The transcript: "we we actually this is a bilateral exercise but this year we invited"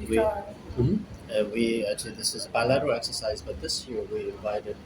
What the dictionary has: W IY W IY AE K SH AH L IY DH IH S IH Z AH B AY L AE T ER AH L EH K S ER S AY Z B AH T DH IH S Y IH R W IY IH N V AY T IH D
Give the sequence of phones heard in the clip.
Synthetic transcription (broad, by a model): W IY W IY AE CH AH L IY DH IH S IH Z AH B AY L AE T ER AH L EH K S ER S AY Z B AH T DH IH S Y IH R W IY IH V AY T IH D